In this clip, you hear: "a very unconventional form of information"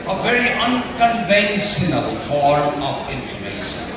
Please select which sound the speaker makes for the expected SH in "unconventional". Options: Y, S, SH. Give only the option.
S